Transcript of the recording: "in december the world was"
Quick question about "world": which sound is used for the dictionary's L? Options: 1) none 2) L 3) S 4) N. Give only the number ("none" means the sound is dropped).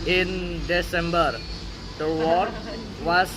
1